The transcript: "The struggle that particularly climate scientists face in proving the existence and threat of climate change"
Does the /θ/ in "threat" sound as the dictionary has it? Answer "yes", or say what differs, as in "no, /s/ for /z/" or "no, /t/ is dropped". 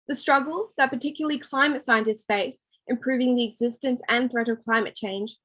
yes